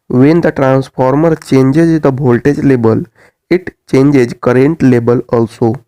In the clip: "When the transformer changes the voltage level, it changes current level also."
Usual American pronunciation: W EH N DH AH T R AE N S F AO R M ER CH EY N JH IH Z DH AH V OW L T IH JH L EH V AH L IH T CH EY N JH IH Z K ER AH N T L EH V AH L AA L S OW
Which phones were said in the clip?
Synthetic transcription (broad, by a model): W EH N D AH T R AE N S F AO R M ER CH EY N JH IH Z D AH B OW L T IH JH L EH B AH L IH T CH EY N JH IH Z K ER AH N T L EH B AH L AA L S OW